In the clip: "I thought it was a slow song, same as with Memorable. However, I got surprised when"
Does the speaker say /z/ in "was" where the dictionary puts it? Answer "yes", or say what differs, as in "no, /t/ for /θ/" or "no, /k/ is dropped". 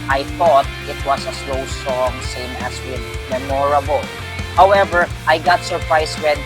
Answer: no, /s/ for /z/